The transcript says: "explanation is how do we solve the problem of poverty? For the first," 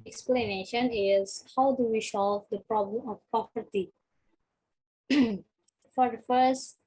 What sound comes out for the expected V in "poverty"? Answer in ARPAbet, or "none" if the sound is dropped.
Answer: P